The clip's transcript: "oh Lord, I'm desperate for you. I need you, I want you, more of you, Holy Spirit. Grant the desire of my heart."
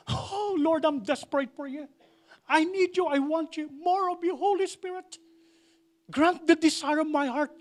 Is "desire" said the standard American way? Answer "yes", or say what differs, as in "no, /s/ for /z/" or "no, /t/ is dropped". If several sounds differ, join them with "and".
no, /s/ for /z/